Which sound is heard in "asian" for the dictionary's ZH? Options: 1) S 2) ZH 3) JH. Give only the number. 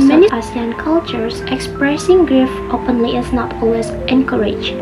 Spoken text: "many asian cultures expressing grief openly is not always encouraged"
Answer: 1